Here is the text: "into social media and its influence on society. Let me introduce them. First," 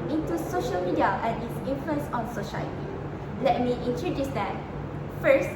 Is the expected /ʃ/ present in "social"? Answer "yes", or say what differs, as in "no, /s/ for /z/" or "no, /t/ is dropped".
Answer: yes